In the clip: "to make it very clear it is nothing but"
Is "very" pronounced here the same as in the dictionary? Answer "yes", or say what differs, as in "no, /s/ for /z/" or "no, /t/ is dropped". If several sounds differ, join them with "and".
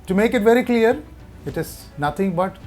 yes